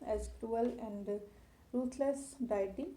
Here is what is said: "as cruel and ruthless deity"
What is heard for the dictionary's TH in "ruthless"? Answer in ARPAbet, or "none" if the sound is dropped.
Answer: T